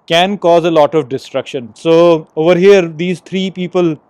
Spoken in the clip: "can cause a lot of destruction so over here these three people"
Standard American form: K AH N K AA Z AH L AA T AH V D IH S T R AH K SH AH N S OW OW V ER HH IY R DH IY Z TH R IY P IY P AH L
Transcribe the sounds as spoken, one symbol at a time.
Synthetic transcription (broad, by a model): K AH N K AA Z AH L AA T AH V D IH S T R AH K SH AH N S OW OW V ER HH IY R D IY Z T R IY P IY P AH L